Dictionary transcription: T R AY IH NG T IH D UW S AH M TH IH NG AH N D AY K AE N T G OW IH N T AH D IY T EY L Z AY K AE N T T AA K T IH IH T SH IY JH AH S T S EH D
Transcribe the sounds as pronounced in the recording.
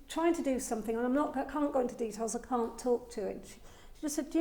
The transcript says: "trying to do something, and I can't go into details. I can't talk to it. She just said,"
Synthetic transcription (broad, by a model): T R AY IH NG T IH D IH S AH M TH IH NG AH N AY K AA N G OW IH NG T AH D IY T EY L Z AY K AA N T T AA K T IH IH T SH IY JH AH S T S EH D